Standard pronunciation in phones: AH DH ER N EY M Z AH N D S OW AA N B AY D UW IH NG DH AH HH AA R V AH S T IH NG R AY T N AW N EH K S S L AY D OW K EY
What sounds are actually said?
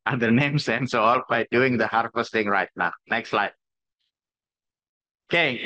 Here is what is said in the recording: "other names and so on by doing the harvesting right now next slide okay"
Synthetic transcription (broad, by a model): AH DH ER N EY M S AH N S OW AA L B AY D UW IH NG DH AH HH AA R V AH S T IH NG R AY T N AW N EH K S S L AY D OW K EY